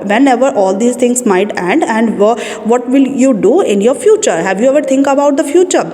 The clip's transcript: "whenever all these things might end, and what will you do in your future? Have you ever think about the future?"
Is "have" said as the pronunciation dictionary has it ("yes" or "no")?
yes